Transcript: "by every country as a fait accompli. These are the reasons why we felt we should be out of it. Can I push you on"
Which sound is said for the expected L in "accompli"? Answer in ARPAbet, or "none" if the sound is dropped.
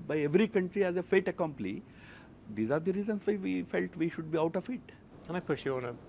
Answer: N